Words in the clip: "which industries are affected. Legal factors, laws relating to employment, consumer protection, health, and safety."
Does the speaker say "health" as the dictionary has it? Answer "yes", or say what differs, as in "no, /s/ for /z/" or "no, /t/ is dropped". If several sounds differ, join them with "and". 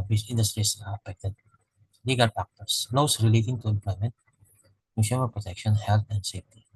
no, /t/ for /θ/